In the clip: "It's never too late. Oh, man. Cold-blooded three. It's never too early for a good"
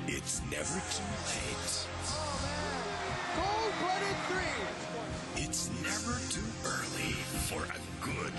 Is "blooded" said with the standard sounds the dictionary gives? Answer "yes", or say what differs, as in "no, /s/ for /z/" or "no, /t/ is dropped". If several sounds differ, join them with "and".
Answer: no, /l/ is dropped